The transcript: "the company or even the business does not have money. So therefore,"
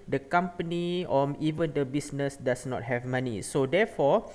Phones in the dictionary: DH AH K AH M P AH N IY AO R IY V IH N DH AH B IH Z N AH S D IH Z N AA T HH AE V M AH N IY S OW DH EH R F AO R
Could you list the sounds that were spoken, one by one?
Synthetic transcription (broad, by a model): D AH K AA M P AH N IY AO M IY V IH N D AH B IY S N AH S D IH S N AA T HH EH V M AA N IY S OW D EH F AO